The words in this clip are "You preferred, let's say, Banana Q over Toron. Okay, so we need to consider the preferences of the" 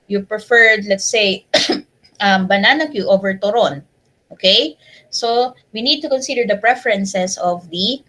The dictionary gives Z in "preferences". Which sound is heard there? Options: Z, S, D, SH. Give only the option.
S